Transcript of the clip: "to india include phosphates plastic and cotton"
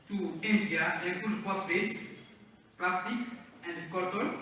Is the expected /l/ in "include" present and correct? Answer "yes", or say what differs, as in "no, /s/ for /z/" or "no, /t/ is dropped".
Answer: no, /l/ is dropped